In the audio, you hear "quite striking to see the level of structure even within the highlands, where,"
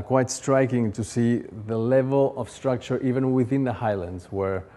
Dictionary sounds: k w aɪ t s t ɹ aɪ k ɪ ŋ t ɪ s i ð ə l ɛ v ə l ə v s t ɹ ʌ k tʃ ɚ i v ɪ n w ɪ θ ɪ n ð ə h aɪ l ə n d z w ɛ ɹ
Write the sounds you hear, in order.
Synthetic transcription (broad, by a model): k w aɪ t s t ɹ aɪ k ɪ ŋ t ɪ s i ð ə l ɛ v ə l ə v s t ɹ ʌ k tʃ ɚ i v ɪ n w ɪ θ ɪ n ð ə h aɪ l ə n d z w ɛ ɹ